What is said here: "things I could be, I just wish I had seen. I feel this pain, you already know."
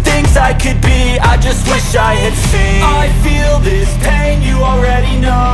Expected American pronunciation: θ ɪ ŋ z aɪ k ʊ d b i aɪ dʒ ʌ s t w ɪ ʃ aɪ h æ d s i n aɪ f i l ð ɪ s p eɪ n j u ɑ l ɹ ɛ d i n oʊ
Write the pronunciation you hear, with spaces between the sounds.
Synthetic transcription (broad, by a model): θ ɪ ŋ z aɪ k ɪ d b i aɪ dʒ ʌ s t w ɪ ʃ aɪ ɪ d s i aɪ f i l ð ɪ s p eɪ n j ɑ l ɹ ɛ d i n oʊ